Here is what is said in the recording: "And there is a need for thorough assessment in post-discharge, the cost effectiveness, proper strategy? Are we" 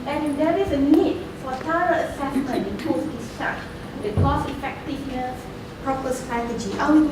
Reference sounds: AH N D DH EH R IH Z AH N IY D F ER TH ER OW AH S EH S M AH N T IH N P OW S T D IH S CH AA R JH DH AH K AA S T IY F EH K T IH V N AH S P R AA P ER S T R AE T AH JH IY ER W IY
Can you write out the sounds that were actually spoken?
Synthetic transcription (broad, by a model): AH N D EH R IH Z AH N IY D F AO T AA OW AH S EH S M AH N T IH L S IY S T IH CH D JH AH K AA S IY F EH K T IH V N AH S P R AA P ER S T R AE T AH JH IY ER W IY